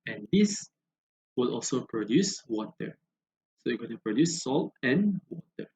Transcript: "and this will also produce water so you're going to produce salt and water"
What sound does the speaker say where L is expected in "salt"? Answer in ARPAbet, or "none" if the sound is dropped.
L